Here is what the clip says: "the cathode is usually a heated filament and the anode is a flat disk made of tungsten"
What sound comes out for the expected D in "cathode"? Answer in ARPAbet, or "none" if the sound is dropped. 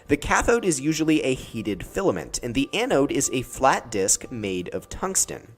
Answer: D